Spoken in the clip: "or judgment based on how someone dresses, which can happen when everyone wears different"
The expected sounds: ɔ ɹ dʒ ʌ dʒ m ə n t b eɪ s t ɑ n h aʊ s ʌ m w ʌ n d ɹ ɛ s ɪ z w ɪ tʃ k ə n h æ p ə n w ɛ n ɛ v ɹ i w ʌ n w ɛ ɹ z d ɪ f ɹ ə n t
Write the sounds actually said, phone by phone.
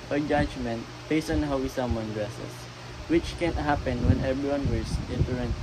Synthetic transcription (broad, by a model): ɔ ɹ dʒ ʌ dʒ m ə n t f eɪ s ɑ n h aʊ s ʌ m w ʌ n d ɹ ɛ s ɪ s w ɪ tʃ k ə n h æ p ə n w ɛ n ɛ b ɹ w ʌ n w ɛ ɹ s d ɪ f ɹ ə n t